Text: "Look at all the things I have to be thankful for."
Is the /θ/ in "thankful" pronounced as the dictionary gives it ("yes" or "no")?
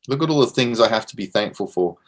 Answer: yes